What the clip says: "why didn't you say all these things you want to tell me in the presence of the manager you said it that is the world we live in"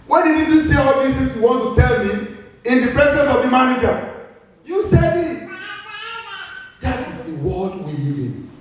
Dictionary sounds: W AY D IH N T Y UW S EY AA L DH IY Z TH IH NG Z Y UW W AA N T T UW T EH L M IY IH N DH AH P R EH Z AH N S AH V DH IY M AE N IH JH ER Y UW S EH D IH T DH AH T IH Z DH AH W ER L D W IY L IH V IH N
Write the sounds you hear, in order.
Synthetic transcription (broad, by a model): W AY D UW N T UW S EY AA L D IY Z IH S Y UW W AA N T T UW T EH L M IY IH N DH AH P R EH S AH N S AH V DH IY M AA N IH JH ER Y UW S EH D IH T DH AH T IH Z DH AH W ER L D W IY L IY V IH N